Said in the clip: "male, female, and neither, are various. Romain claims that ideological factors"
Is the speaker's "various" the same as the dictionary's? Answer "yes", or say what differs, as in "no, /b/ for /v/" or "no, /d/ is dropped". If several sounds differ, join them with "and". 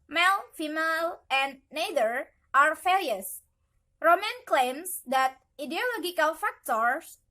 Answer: no, /f/ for /v/ and /l/ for /ɹ/